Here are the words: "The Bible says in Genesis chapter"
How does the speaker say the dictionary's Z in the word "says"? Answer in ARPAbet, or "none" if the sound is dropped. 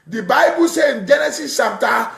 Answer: none